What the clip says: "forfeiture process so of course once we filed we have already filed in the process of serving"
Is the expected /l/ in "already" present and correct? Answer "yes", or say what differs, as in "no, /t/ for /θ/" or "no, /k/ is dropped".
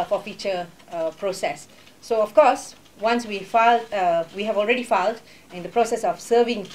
yes